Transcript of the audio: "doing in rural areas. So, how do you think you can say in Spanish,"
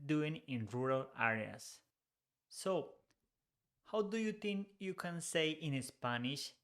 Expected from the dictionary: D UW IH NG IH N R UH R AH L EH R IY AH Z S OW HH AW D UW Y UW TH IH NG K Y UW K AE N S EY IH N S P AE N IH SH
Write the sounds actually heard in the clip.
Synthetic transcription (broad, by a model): D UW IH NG IH N R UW R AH L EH R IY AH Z S OW HH AW D UW Y UW T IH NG K Y UW K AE N S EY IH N S P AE N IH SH